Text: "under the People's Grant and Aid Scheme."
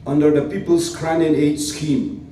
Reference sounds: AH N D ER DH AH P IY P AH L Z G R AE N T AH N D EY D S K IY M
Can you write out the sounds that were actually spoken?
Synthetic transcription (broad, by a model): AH N D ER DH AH P IY P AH L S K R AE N AH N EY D S K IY M